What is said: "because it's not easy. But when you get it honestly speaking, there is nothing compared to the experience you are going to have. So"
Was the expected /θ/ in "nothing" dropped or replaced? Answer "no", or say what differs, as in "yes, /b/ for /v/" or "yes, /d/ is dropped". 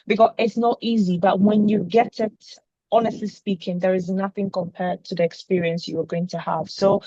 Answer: no